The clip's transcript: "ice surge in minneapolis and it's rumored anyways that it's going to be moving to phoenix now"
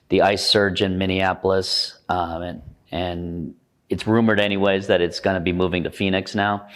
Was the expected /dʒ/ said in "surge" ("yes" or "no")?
yes